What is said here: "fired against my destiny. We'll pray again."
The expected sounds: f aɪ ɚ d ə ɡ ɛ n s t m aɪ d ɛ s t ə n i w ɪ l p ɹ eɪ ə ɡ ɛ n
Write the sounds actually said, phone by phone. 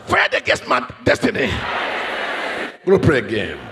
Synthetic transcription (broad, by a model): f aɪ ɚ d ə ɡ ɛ s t m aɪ d ɛ s t ə n i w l p ɹ eɪ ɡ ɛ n